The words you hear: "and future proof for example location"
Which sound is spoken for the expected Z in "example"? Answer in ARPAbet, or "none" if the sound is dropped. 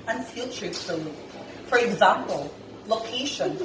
Z